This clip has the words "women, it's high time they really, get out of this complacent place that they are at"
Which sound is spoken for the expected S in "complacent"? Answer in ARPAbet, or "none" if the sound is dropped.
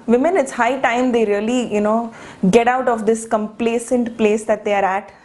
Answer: S